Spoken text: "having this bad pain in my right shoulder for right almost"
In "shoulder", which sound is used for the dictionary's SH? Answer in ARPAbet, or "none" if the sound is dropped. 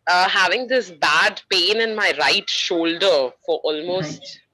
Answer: SH